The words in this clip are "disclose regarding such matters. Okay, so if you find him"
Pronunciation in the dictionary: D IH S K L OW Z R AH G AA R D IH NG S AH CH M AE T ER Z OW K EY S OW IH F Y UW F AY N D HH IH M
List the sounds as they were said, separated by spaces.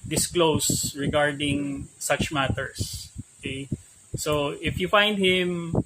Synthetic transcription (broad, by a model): D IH S K L OW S R AH G AA R D IH NG S AH CH M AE T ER S OW K EY S OW IH F Y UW F AY N D HH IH M